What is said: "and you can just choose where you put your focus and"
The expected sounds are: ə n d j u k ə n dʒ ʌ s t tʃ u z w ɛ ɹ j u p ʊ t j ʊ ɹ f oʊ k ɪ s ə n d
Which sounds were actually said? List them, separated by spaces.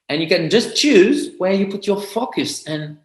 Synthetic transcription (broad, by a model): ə n j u k ə n dʒ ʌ s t tʃ u z w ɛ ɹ j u p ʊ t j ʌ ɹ f oʊ k ɪ s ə n